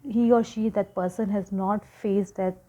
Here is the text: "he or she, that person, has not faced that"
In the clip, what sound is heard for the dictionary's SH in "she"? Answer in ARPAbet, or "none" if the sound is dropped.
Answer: SH